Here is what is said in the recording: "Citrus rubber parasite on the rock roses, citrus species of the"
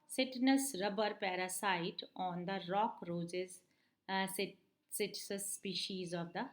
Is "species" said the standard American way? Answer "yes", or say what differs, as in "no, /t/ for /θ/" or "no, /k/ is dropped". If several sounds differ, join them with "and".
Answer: yes